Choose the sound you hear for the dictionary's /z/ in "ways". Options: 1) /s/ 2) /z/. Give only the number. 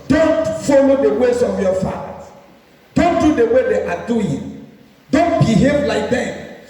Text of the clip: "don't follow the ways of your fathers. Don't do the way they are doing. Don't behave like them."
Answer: 1